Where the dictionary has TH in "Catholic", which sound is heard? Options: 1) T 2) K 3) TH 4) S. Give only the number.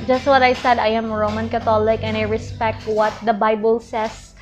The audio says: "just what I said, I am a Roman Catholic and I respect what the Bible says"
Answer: 1